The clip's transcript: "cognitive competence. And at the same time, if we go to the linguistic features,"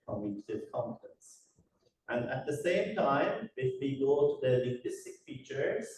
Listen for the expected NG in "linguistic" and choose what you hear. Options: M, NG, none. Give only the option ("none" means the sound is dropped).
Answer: none